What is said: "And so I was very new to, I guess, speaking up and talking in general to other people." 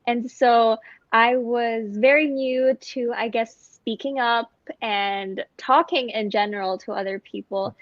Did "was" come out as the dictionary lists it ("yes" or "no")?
yes